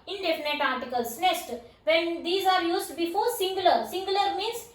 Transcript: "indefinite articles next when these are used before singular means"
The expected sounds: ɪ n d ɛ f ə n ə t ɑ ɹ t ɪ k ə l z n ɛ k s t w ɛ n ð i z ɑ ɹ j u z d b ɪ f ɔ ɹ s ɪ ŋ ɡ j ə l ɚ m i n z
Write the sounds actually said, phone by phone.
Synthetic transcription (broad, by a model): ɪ n d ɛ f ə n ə t ɑ ɹ t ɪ k ə l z n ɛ s t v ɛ n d i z ɑ ɹ j u z d b ɪ f ɔ ɹ s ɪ ŋ ɡ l ə l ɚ m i n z